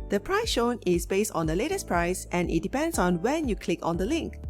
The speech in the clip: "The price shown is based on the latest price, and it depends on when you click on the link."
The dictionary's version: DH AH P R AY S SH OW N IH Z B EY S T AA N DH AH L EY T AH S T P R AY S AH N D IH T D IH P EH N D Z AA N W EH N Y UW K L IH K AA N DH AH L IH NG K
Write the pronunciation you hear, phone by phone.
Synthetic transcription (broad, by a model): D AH P R AY S SH OW N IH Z B EY S T AA N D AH L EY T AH S P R AY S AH N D IH T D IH P EH N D S AA N W EH N Y UW K L IH K AA N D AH L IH NG K